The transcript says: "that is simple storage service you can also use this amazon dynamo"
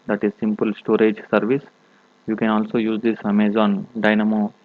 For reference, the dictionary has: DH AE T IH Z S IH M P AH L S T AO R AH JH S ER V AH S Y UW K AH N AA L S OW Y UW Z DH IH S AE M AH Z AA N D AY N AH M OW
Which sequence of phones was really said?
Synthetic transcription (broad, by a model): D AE T IH Z S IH M P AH L S T AO R AH JH S ER V AH S Y UW K AH N AA L S OW Y UW Z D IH S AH M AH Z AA N D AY N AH M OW